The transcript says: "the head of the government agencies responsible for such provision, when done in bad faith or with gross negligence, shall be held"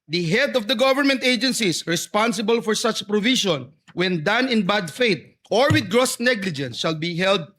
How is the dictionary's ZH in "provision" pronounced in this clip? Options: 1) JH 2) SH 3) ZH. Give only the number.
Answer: 2